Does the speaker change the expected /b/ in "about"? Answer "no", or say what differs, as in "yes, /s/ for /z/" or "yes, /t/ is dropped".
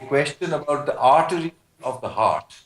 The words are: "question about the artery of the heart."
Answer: no